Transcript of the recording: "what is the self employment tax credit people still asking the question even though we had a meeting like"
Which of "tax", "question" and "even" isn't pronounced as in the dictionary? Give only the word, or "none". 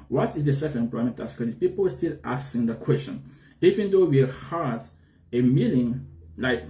tax